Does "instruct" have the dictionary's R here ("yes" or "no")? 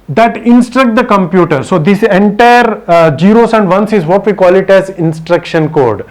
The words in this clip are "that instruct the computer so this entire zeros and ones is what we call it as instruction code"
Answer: yes